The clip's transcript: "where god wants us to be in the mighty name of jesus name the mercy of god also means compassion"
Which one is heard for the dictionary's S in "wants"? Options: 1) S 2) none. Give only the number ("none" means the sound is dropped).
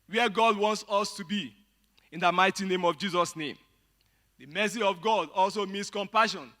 1